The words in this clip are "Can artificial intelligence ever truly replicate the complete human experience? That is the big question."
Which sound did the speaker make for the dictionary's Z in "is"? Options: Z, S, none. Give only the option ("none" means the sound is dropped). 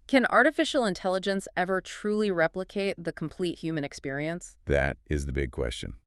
Z